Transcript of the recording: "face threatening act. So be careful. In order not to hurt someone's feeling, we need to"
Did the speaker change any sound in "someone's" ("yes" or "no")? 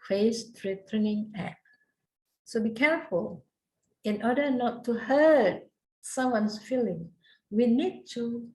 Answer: yes